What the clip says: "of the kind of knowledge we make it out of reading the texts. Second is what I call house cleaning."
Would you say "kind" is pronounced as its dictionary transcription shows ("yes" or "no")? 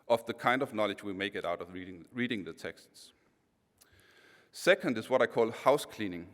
yes